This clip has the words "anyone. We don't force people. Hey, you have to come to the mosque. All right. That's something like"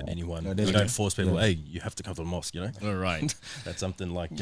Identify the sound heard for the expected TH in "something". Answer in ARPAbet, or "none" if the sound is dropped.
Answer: TH